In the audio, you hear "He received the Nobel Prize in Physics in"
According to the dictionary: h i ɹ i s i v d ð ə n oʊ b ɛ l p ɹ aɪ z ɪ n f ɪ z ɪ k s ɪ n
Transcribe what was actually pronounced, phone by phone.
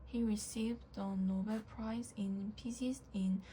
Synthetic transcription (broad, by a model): h i ɹ i s i v d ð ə n oʊ b ɛ l p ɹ aɪ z ɪ n p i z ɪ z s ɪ n